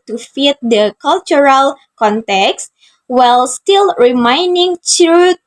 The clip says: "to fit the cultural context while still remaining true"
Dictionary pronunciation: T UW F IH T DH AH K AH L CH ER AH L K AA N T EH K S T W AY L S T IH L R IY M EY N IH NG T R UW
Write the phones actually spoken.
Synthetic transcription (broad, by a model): T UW F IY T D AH K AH L CH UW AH L K AA N T EH K S T W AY L S T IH L R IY M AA N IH NG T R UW